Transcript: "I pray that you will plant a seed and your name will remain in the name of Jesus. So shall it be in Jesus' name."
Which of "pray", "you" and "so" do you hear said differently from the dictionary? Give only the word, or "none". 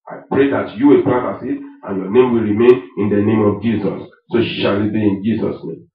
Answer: so